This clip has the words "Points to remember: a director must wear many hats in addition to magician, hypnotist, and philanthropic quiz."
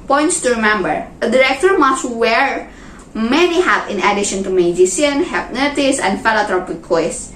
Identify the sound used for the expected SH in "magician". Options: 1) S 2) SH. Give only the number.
1